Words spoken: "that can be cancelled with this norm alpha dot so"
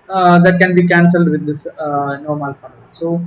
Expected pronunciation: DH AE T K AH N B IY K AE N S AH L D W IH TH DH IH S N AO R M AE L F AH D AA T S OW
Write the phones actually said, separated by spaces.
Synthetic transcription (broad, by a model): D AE T K AH N B IY K AE N S AH L D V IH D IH S N AO R M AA L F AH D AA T S OW